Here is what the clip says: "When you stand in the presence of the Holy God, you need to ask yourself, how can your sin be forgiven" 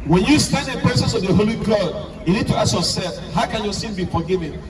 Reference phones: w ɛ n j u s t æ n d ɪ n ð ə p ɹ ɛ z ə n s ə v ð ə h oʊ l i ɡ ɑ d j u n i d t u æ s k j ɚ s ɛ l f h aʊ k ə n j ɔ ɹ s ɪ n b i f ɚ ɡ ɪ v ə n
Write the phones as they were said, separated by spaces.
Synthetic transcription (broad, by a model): w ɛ n j u s t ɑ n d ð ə p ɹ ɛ s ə s ə v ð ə h oʊ l i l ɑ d j u n i d t u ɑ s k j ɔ s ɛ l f h aʊ k ə n j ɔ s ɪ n b i f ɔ ɡ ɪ v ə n